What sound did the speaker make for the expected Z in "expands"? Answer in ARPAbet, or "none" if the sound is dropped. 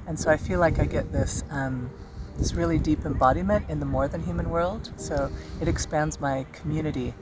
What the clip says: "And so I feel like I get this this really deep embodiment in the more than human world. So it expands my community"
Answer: Z